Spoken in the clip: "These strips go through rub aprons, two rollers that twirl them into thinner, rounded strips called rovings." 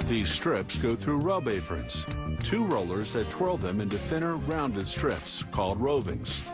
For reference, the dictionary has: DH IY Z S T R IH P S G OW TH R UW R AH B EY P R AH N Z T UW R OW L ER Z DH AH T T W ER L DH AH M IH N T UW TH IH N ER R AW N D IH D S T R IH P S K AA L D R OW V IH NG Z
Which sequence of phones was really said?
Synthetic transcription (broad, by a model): DH IY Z S T R IH P S G OW TH R UW R AH B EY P R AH N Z T UW R OW L ER Z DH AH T T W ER L DH AH M IH N T UW TH IH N ER R AW N D IH D S T R IH P S K AA L D R OW V IH NG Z